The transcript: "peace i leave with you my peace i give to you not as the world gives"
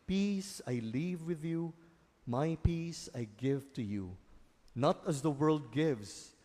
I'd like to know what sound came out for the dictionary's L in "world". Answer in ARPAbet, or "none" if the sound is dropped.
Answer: L